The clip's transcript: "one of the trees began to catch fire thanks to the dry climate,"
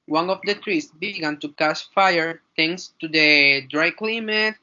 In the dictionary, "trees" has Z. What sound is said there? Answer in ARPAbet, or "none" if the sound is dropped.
S